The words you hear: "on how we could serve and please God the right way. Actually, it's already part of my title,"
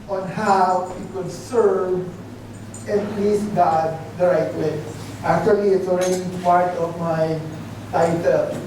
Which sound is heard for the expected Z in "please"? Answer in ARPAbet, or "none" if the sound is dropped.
S